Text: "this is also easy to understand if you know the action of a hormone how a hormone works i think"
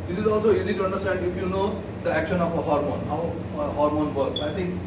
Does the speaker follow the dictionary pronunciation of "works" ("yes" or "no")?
no